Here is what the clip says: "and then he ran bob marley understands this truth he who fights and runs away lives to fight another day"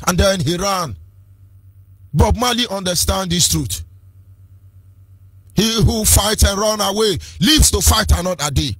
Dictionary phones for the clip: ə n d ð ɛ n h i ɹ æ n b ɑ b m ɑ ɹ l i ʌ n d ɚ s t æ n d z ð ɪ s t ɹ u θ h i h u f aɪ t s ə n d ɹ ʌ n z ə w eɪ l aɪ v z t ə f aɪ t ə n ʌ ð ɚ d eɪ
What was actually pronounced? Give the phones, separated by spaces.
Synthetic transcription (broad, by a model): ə n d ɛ n h i ɹ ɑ n b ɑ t m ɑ l i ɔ n d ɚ s t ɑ n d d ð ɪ s t ɹ u t h i h u f aɪ t ə n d ɹ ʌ n ə w eɪ l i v s t ə f aɪ t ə n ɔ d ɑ d eɪ